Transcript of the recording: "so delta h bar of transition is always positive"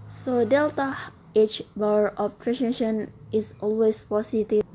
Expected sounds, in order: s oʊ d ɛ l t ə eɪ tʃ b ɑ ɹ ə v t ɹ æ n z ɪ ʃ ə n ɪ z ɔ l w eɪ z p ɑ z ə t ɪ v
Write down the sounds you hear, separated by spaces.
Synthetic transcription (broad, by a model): s oʊ d ɛ l t ə eɪ tʃ b ɑ ɹ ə p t ɹ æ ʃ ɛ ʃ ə n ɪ s ɔ l w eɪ s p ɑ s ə t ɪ